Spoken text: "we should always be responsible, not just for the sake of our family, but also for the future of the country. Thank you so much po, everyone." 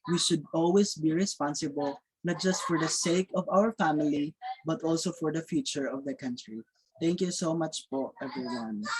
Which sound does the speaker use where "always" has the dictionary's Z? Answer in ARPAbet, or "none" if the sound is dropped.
S